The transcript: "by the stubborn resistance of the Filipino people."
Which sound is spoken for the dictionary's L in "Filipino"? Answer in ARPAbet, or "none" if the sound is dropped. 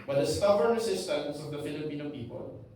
L